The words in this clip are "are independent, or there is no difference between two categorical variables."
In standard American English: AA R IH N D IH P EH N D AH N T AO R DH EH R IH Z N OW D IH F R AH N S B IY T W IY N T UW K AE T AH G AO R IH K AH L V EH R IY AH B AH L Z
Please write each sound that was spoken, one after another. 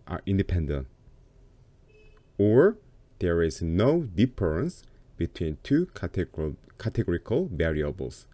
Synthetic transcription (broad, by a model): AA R IH N D IH P EH N D AH N T AO R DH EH R IH Z N OW D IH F R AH N S B IY T W IY N T UW K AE T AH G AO R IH K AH L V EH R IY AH B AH L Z